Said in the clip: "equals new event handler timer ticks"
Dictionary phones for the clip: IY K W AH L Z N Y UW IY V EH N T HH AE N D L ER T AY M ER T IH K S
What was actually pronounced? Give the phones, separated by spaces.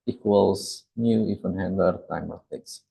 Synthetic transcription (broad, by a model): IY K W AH L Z N Y UW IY F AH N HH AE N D ER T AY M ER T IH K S